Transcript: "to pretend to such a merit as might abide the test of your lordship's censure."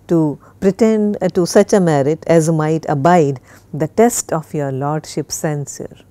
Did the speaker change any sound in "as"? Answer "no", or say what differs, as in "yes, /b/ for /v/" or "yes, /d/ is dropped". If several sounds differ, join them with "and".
no